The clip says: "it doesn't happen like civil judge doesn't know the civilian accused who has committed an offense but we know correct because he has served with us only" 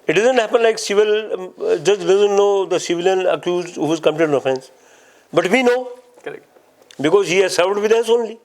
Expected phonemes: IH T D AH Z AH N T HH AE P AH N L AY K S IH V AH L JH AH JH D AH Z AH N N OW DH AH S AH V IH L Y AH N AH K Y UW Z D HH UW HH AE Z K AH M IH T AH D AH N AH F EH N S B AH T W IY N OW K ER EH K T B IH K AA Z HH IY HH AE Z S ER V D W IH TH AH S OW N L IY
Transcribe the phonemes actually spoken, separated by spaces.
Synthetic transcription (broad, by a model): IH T D AH Z AH N T HH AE P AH N L AY K S IH V AH L JH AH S D AH Z AH N N OW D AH S AH V IH L Y AH N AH K Y UW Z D HH UW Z K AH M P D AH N AH F EH N S B AH T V IY N OW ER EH B IH K AA Z HH IY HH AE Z S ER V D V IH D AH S OW N L IY